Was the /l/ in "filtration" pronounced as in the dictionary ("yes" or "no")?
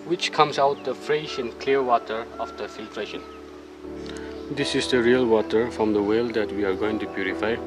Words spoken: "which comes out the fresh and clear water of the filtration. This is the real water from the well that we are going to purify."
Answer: yes